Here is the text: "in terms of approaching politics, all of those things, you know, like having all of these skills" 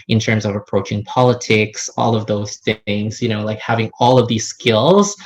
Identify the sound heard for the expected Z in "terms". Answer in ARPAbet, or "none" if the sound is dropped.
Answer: Z